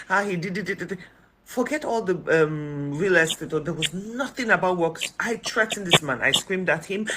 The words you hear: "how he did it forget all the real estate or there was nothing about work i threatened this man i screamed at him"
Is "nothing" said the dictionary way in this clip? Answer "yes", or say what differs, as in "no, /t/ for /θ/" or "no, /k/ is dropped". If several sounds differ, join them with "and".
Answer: yes